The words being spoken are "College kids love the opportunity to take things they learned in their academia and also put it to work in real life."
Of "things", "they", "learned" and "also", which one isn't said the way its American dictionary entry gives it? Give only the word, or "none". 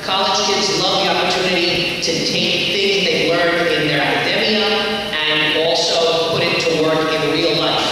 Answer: learned